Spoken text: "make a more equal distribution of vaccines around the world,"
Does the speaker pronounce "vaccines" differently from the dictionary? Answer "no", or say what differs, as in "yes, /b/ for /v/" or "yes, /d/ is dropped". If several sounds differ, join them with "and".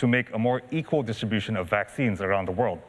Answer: no